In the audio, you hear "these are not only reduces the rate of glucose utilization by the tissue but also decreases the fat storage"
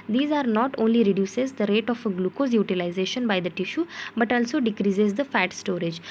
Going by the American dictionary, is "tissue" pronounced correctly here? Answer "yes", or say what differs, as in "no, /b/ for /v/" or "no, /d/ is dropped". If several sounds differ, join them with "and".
yes